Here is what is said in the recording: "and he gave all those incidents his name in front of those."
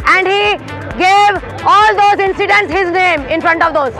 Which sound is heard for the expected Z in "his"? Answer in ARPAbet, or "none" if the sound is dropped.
Z